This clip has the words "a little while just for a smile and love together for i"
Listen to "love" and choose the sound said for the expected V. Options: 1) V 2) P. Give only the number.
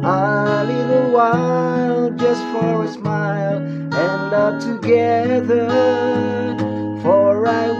2